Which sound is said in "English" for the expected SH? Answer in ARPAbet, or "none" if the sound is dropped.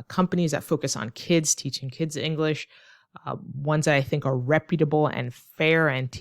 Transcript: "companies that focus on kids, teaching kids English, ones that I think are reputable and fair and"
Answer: SH